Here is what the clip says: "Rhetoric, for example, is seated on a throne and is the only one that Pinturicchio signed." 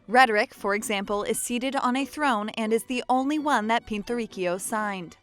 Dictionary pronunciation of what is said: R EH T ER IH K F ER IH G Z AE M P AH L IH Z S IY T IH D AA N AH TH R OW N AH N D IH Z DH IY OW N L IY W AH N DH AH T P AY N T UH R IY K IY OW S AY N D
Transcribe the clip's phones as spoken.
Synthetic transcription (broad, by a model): R EH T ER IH K F ER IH G Z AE M P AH L IH Z S IY T IH D N AH TH R OW N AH N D IH Z DH IY OW N L IY W AH N DH AH T P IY N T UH R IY K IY OW S AY N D